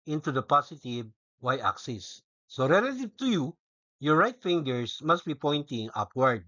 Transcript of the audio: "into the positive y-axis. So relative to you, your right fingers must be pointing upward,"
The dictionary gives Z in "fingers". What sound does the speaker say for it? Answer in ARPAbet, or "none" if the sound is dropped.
S